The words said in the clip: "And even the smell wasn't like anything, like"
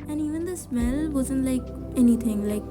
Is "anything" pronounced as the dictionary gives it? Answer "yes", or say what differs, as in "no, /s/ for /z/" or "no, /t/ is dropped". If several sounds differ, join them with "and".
no, /t/ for /θ/